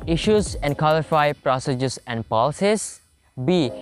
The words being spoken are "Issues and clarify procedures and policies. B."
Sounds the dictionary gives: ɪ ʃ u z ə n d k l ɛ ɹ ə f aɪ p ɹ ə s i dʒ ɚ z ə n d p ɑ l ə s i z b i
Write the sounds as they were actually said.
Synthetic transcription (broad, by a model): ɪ ʃ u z ə n d k ɔ l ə f aɪ p ɹ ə s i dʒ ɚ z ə n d p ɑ l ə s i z b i